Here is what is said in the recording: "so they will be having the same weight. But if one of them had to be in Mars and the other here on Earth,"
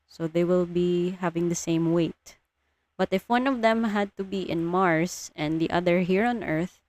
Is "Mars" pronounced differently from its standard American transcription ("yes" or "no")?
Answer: yes